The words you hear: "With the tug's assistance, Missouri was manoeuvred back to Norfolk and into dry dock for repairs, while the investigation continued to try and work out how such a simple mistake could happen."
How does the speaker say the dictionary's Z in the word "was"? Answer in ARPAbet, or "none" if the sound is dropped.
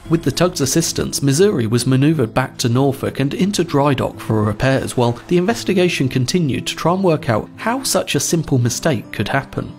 Z